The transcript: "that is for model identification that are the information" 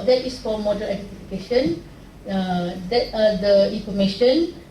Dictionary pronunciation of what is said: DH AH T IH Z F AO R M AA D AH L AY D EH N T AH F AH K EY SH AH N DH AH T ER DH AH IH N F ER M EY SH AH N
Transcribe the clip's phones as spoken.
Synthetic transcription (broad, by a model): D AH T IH S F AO L M AA D AH L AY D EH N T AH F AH K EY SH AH N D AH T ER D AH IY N F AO M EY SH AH N